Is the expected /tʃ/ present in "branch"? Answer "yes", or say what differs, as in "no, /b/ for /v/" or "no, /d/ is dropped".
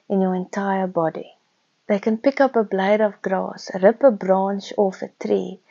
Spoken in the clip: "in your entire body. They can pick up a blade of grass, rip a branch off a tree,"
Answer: no, /ʃ/ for /tʃ/